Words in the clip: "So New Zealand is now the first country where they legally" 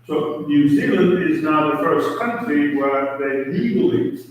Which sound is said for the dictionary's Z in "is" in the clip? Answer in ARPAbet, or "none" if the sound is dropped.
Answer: Z